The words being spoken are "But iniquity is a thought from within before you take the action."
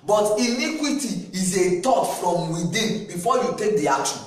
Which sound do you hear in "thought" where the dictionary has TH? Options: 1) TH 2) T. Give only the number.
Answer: 2